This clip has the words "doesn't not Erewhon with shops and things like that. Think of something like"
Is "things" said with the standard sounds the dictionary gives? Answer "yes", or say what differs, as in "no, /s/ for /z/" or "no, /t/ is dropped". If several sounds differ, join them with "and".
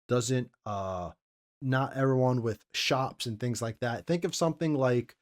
yes